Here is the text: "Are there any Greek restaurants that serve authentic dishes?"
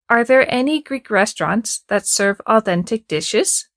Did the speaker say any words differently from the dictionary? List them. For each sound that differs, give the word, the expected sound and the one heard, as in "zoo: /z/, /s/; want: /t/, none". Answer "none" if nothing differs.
none